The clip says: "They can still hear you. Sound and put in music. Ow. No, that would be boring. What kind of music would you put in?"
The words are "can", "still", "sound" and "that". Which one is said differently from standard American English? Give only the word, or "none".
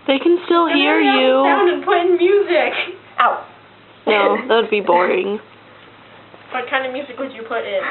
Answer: sound